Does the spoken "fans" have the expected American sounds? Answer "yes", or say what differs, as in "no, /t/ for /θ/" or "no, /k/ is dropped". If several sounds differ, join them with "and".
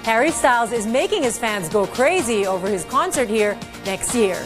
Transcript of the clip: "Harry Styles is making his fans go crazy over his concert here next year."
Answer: yes